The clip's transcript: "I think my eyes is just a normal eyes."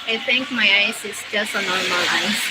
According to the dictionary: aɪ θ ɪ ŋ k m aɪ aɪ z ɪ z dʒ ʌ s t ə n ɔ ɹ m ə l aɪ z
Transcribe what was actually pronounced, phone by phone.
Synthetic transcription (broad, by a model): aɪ t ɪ ŋ k m aɪ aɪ s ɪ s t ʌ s ə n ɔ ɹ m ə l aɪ